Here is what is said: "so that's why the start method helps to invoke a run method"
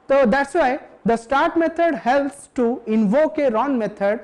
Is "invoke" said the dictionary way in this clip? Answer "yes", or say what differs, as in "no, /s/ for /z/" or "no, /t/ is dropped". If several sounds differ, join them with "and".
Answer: yes